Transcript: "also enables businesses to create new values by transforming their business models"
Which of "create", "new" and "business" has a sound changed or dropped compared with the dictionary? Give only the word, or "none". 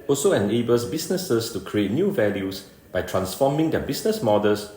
business